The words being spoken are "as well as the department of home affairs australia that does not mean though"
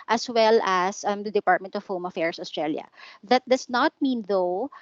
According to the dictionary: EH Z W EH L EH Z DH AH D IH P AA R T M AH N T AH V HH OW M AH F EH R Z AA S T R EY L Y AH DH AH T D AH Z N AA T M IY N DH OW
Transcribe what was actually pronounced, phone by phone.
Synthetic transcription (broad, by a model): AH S W EH L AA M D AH D IH P AA R T M AH N T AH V HH OW M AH F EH R S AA S T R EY L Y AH DH AH T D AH S N AA T M IY N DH OW